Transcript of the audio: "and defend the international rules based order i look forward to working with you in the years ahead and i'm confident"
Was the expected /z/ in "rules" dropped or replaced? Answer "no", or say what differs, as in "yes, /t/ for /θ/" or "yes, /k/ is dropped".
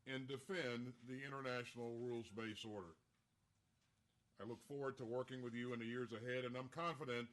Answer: no